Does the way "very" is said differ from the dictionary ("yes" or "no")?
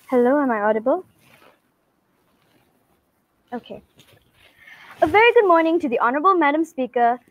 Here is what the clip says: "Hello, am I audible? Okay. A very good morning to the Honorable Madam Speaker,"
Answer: no